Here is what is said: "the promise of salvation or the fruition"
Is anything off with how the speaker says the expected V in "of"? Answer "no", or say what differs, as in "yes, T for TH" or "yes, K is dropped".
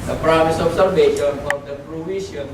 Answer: yes, P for V